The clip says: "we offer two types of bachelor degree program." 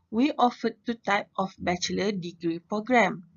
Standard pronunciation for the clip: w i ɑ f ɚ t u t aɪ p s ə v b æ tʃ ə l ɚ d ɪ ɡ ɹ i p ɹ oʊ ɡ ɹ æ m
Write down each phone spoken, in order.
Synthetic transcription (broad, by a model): w i ɑ f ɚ t u t aɪ p ə f b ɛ tʃ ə l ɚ d ɪ ɡ ɹ i p ɹ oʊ ɡ ɹ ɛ m